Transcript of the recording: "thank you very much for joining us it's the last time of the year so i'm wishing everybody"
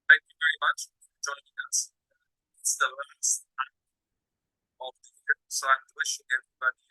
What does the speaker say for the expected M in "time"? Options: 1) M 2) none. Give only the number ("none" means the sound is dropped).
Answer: 2